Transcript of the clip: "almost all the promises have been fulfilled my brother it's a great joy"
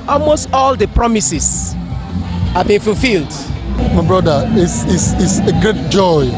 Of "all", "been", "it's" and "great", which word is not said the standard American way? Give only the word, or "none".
it's